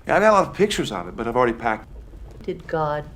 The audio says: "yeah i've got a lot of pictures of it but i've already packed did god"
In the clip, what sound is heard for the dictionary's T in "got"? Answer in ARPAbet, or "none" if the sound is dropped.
none